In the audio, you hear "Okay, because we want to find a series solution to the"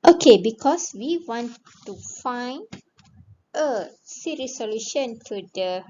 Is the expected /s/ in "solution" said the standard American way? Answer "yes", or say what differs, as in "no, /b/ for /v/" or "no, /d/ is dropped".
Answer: yes